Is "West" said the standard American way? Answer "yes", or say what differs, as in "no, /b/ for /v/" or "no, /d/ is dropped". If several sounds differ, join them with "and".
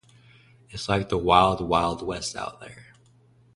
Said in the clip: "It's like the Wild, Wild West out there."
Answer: yes